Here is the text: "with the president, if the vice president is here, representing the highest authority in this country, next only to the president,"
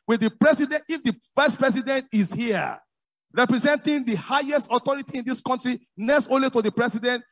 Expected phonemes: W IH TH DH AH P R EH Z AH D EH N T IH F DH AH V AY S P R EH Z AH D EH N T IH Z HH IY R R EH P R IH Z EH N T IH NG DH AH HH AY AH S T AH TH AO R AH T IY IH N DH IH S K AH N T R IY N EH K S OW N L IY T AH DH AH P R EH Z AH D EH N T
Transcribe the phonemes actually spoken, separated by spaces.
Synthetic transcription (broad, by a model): W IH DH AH P R EH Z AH D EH N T IH F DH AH F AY S P R EH S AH D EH N T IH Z HH IY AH R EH P R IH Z EH N T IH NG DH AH HH AY AH S T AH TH AO R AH T IY IH N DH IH S K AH N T R IY N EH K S OW N L IY T AH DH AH P R EH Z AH D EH N T